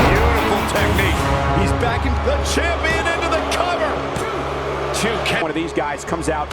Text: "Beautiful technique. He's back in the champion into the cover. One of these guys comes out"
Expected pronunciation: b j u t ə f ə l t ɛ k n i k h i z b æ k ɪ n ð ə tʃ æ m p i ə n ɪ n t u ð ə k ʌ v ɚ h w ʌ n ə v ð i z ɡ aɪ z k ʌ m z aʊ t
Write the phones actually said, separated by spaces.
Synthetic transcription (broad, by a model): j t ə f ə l t ɛ k n i k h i z b æ k ɪ n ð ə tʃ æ p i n ɪ n t u ð ə k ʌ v ɚ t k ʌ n ə v ð i z ɡ aɪ z k ʌ m z aʊ t